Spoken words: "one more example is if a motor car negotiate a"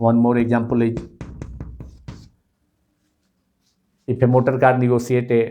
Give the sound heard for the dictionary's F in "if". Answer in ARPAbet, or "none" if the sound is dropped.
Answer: P